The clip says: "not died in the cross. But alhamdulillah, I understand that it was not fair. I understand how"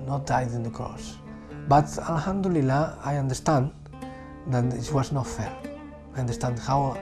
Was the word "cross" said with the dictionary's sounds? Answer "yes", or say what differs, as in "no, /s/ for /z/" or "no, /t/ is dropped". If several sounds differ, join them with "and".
no, /ɹ/ is dropped